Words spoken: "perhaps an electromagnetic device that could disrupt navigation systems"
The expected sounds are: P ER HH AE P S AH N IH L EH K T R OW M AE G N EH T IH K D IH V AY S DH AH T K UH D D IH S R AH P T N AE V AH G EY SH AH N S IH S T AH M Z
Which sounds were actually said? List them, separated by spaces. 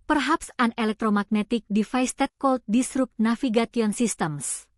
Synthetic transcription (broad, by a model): P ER HH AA P S AH N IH L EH K T R OW M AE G N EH T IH K D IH F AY S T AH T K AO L D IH S R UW P T N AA F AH G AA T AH N S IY S T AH M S